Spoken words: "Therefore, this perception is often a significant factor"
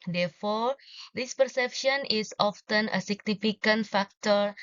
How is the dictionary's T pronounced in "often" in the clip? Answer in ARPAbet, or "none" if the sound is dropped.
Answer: T